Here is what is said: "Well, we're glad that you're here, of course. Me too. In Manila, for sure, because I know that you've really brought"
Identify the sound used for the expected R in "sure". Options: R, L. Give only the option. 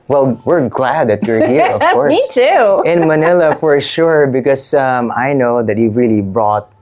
R